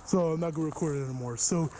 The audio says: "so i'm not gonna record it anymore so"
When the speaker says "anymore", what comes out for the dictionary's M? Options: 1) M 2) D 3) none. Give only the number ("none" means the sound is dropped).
1